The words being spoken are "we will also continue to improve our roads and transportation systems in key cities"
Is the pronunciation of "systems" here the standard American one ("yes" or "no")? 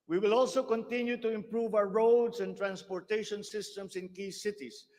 no